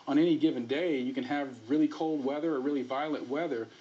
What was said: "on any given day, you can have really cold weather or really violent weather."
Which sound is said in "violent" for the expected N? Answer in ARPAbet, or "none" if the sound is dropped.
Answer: none